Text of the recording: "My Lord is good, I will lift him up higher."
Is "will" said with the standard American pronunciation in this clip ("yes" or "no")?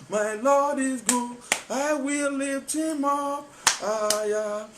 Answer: yes